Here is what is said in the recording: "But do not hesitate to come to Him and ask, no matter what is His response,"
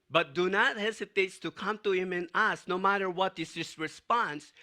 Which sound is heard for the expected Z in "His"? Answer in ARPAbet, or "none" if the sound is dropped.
S